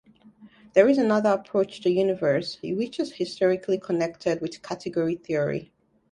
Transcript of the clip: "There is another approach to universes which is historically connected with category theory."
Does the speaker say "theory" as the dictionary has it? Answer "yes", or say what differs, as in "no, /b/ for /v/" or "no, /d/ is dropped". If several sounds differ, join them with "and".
yes